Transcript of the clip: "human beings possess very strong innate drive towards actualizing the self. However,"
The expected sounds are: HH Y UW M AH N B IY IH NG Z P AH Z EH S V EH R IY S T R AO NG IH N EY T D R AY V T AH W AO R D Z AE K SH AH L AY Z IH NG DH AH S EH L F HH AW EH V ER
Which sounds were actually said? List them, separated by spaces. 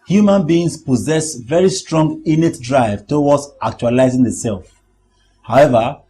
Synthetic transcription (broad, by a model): HH Y UW M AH N B IY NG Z P AH Z EH S V EH R IY S T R AO NG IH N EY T D R AY V T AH W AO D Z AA K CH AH L AY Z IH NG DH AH S EH L F HH AW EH V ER